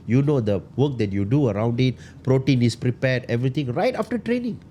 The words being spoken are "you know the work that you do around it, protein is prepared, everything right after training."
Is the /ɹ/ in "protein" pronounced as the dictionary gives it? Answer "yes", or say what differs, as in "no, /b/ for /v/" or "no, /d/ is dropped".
yes